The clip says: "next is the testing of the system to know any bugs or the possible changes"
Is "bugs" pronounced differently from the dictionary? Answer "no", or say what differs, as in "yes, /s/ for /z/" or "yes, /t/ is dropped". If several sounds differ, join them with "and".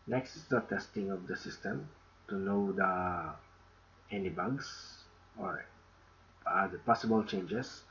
yes, /s/ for /z/